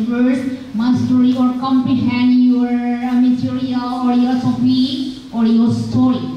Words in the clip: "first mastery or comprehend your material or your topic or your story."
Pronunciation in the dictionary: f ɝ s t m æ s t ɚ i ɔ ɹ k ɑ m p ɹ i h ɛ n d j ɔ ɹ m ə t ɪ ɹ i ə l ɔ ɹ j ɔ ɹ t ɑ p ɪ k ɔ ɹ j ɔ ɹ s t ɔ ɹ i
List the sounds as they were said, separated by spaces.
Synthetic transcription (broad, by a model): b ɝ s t m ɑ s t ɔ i ɔ ɹ k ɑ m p i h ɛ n j ɔ ɹ m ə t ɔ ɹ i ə l ɔ ɹ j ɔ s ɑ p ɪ ɔ ɹ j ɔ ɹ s t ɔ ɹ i